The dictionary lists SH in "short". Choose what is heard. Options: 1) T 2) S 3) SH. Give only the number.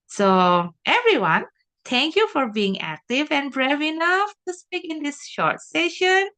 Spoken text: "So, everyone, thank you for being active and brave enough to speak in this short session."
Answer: 3